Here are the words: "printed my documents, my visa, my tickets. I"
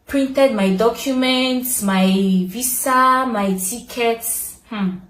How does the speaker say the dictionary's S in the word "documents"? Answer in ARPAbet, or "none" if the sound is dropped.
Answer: S